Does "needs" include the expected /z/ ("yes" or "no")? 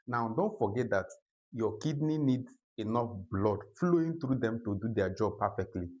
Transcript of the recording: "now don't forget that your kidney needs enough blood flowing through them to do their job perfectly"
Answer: no